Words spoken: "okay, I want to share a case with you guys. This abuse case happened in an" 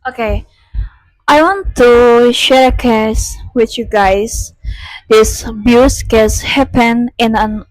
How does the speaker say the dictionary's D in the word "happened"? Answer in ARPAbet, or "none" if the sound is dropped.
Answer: none